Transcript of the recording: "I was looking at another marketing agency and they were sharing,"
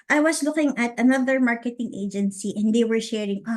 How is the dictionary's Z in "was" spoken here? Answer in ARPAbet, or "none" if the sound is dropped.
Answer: S